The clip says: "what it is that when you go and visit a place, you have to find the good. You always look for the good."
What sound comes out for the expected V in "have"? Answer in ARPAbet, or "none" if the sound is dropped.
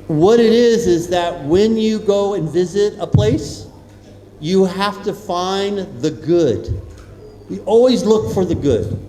F